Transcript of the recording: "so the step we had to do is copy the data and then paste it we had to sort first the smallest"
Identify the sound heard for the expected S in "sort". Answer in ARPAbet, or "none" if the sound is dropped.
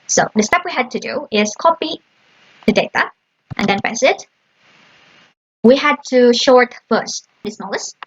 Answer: SH